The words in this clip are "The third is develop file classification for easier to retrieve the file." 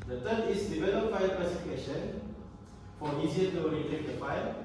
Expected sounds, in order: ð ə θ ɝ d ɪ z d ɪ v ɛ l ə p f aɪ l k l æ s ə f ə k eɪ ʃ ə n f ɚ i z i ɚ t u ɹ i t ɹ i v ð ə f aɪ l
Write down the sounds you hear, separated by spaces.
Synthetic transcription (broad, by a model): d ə t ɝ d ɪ s d ɪ v ɛ l ə p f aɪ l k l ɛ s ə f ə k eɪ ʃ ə n f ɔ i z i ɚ t u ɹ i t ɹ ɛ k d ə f aɪ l